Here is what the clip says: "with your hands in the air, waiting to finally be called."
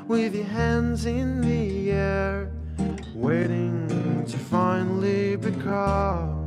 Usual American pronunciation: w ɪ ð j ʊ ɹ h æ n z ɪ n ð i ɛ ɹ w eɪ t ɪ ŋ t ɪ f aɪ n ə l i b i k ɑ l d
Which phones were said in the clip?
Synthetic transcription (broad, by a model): w ɪ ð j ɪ h æ n z ɪ n ð i ɛ ɹ w eɪ t ɪ ŋ t ɪ f aɪ n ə l i b i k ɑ